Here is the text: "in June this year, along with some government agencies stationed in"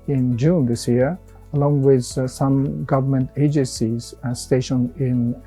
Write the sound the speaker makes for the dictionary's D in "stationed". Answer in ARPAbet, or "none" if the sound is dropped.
none